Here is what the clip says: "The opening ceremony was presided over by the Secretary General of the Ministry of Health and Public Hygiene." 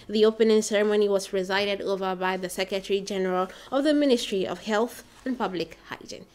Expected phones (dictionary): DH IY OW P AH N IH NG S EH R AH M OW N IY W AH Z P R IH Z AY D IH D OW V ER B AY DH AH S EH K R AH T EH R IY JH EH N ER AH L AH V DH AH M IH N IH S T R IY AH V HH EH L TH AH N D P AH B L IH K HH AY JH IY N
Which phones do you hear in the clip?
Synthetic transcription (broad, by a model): DH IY OW P AH N IH NG S EH R AH M OW N IY W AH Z R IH Z AY D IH D OW V ER B AY DH AH S EH K R AH T EH R IY JH EH N ER AH L AH V DH AH M IH N IH S T R IY AH V HH EH L TH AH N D P AH B L IH K HH AY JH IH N